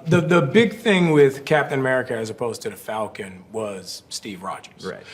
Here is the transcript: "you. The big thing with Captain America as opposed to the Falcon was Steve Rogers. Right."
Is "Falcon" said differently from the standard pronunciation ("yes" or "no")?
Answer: no